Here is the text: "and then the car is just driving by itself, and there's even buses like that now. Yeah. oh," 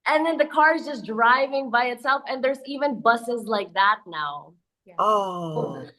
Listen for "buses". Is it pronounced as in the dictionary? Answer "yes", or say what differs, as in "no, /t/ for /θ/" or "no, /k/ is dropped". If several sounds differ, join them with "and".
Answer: yes